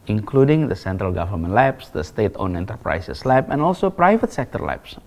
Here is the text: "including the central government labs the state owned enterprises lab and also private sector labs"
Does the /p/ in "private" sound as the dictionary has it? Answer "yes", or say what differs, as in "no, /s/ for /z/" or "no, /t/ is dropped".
yes